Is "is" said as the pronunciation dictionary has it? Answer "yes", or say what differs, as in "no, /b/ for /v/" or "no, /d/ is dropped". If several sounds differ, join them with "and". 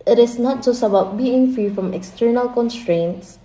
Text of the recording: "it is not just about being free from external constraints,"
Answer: no, /s/ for /z/